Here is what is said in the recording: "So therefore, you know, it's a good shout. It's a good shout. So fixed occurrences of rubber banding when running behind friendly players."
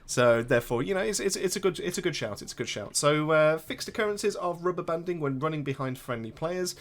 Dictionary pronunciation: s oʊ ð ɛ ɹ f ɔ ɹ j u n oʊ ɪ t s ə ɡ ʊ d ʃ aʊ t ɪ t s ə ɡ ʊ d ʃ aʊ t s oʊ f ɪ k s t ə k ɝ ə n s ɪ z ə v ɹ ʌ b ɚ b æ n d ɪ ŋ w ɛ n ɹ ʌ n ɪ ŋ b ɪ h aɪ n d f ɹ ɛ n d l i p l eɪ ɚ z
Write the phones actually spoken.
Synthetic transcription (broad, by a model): s oʊ ð ɛ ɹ f ɔ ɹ j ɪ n oʊ ɪ t s ə ɡ ʊ d ʃ aʊ t ɪ t s ə ɡ ʊ d ʃ aʊ t s oʊ f ɪ k s t ə k ɝ ə n s ɪ z ə v ɹ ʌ b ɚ b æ n d ɪ ŋ w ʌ n ɹ ʌ n ɪ ŋ b ɪ h aɪ n d f ɹ ɛ n d l i p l eɪ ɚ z